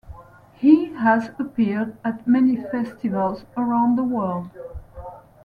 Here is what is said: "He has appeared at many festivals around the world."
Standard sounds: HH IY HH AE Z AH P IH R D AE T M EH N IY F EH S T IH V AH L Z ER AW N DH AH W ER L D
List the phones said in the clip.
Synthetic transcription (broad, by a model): HH IY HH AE Z AH P IH R D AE T M EH N IY F EH S T IH V AH L Z ER AW N DH AH W ER L D